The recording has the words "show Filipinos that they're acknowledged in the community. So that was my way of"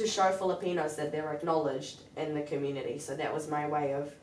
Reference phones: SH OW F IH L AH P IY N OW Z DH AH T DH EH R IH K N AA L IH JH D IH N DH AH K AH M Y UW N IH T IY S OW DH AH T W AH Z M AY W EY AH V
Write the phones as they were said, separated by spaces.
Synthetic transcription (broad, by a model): SH OW F IH L AH P IY N OW Z DH AH T DH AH R IH K N AA L IH JH D IH N DH AH K AH M Y UW N IH T IY S OW DH AH T W AH Z M AY W EY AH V